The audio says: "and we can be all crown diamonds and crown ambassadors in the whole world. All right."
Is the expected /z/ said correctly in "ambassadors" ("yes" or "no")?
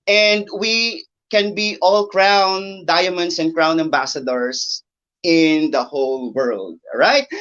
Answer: no